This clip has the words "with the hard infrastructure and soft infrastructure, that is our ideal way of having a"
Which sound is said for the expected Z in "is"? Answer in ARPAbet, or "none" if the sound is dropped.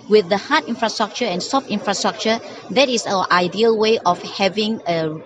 S